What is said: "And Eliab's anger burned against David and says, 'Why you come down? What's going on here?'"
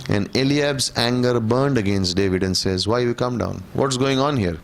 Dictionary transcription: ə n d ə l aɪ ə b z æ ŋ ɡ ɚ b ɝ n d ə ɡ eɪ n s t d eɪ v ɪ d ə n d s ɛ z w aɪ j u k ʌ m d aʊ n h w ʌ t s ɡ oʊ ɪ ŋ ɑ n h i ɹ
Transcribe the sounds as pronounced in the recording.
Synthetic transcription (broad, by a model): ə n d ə l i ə b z æ ŋ ɡ ɚ b ɝ n d ə ɡ eɪ n s t d eɪ v ɪ d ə n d s ɛ z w aɪ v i k ʌ m d aʊ n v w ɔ t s ɡ oʊ ɪ ŋ ɑ n h i ɹ